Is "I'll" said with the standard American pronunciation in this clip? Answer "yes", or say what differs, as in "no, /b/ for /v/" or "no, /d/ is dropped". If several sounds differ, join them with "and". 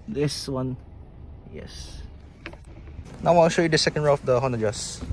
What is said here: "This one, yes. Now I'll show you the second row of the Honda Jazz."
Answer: no, /n/ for /l/